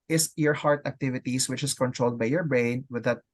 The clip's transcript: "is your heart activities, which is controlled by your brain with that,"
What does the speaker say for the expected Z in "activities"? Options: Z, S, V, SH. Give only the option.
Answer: S